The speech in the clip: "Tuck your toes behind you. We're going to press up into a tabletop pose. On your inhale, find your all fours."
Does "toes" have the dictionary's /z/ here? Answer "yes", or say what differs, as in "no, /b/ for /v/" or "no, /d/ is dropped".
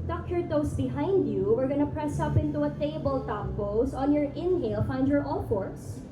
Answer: no, /s/ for /z/